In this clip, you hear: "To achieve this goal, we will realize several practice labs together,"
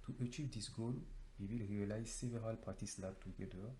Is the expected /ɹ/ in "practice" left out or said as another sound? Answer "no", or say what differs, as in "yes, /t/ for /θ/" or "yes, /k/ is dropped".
yes, /ɹ/ is dropped